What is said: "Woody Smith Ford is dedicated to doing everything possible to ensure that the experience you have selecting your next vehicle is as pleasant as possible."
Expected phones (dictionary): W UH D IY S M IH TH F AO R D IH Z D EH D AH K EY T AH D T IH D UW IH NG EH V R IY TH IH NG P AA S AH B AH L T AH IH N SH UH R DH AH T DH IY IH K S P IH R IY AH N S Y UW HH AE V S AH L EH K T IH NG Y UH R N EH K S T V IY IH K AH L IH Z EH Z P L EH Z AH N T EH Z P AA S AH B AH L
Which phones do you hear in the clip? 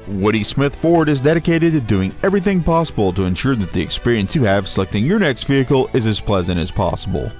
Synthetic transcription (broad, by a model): W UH D IY S M IH TH F AO R D IH Z D EH D AH K EY T AH D T IH D UW IH NG EH V R IY TH IH NG P AA S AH B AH L T AH IH N SH UH R DH AH T DH IY IH K S P IH R IY AH N S Y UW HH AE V S AH L EH K T IH NG Y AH R N EH K S T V IY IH K L IH Z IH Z P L EH Z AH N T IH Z P AA S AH B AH L